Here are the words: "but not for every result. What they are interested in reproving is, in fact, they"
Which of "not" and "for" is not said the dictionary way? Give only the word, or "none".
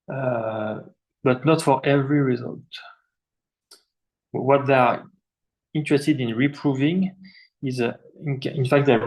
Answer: none